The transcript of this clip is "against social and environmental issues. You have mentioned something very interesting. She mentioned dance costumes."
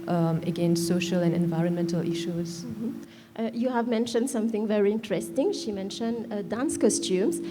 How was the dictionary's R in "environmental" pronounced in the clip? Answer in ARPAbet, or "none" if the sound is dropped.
R